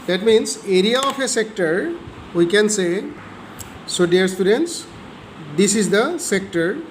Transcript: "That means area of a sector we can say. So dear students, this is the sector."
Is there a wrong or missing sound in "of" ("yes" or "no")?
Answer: yes